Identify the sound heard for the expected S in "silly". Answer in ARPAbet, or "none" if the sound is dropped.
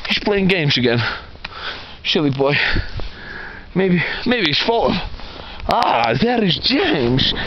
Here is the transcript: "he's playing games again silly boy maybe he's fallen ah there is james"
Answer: SH